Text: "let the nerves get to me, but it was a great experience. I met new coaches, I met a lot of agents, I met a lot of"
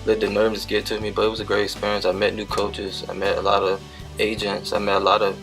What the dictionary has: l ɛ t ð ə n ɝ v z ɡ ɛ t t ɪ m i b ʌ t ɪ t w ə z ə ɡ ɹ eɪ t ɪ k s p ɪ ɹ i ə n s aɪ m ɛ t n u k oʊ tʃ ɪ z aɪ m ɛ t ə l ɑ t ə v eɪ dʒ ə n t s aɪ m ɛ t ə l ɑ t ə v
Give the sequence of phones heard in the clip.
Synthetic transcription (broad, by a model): l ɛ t ð ə n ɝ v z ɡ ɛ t t ɪ m i b ʌ t ɪ t w ə z ə ɡ ɹ eɪ t ɪ k s p ɪ ɹ i ə n s aɪ m ɛ t n u k oʊ tʃ ɪ z aɪ m ɛ t ə l ɑ t ə v eɪ dʒ ə n t s aɪ m ɛ t ə l ɑ t ə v